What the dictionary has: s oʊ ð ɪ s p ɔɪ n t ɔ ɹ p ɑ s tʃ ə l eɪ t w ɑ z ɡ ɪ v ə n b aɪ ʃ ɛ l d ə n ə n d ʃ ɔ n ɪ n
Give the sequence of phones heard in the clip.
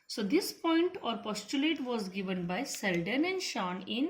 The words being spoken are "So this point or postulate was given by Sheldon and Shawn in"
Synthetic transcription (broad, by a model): s oʊ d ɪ s p ɔɪ n t ɔ ɹ p ɑ s tʃ ə l eɪ t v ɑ z ɡ ɪ v ə n b aɪ s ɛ l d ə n ə n d ʃ ɔ n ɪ n